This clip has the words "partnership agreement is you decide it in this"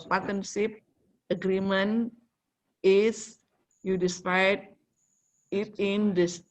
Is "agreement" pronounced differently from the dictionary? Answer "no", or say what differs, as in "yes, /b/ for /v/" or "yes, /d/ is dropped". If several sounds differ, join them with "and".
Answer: yes, /t/ is dropped